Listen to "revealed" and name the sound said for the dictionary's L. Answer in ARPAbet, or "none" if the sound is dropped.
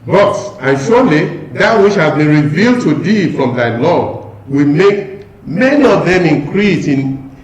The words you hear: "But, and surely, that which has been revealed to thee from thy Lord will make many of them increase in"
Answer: L